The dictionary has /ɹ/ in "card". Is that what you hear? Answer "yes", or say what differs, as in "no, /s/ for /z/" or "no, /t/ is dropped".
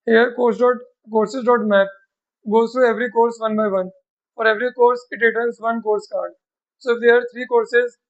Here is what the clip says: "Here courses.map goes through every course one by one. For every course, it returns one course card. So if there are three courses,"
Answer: yes